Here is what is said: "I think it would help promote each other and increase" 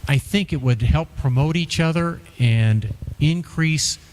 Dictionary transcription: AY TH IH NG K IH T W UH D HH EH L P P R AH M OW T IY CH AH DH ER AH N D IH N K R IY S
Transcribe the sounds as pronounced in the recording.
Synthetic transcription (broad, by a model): AY TH IH NG K IH T W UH D HH EH L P P R AH M OW T IY CH AH DH ER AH N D IH N K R IY S